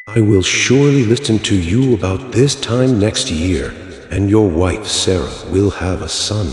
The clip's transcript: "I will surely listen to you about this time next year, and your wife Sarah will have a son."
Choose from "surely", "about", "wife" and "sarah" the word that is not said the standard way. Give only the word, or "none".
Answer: none